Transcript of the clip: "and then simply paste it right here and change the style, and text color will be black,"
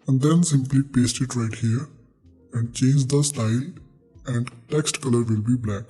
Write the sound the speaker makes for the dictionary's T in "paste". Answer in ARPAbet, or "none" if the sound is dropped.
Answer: T